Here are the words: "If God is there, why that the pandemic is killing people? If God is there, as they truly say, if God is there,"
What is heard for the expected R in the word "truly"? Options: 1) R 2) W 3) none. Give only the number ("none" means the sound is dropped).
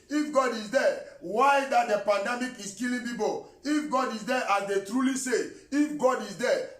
1